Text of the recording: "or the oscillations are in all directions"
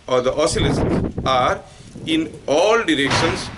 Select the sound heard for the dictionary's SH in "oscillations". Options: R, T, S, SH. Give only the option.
S